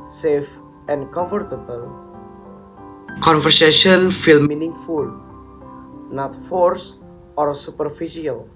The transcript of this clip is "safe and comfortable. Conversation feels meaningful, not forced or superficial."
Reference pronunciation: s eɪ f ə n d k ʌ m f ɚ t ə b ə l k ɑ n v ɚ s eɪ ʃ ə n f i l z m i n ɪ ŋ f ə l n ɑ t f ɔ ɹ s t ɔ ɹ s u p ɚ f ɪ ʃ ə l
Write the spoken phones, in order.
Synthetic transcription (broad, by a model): s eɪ f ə n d k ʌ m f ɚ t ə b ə l k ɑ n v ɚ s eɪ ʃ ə n f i l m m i n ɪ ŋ f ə l n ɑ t f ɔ ɹ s ɔ ɹ s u p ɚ f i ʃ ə l